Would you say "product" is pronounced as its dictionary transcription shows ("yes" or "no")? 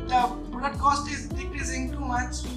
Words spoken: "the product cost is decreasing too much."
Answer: no